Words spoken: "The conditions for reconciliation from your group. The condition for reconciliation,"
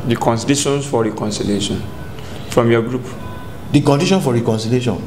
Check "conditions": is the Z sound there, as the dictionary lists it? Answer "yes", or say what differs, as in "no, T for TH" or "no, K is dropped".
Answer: no, S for Z